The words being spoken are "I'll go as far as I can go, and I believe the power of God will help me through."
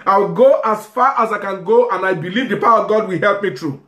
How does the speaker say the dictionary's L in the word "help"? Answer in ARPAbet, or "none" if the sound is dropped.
L